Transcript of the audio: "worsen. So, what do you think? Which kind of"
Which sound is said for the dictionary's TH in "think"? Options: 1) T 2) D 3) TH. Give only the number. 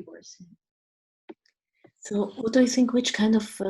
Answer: 3